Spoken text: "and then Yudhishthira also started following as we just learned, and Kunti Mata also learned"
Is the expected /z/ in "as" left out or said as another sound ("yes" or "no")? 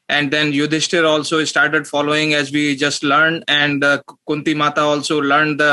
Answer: no